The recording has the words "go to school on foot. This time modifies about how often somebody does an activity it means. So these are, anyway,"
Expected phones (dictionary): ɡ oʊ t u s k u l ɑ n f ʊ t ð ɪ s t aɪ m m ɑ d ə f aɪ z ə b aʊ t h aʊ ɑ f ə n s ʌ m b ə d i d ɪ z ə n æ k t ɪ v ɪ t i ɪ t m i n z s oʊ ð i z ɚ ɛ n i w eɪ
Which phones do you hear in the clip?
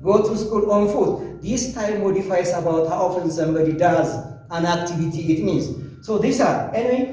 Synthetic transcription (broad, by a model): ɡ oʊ t u s k u l ɑ n f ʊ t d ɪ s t aɪ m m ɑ d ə f aɪ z ə b aʊ t h aʊ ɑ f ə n s ʌ m b ə d i d ɪ z ə n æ k t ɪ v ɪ t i ɪ t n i z s oʊ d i s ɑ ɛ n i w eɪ